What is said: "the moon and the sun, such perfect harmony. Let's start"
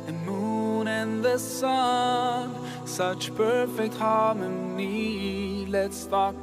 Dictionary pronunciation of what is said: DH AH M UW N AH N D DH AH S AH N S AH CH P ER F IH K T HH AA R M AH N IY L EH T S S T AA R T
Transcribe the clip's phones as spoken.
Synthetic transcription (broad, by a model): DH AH M UW N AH N DH AH S AH N S AH CH P ER F IH K T HH AA R M AH N IY L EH T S S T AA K